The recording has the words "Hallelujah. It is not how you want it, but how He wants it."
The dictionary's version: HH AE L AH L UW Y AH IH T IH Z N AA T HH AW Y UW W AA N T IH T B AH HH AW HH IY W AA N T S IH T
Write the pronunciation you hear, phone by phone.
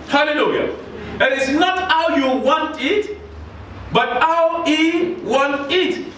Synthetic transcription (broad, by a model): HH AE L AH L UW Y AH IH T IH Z N AA T HH AW Y UW W AA N T IH T B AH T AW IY W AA N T IH T